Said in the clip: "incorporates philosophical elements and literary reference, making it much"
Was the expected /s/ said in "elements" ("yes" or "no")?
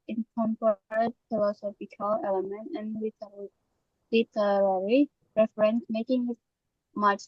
no